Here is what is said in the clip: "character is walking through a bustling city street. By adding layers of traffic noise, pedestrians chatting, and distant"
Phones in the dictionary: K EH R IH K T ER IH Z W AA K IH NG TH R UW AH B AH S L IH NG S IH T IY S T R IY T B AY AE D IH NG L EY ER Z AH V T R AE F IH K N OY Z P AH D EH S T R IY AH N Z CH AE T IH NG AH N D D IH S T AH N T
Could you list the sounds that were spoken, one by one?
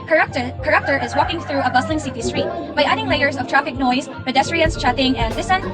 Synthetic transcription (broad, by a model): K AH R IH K T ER IH Z W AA K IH NG TH R UW AH B AH S L IH NG S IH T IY S T R IY T B AY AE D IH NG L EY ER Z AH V T R AE F IH K N OY Z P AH D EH S T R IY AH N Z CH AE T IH NG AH N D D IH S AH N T